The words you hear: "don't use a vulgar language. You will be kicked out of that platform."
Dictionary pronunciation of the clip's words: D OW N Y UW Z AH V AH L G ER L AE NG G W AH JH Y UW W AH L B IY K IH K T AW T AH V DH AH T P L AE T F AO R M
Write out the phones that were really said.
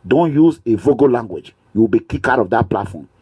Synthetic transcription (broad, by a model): D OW N Y UW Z AH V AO G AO L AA NG G W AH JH Y UW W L B IY K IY K AW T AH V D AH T P L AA T F AO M